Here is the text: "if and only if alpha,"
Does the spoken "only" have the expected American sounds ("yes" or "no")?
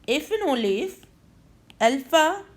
no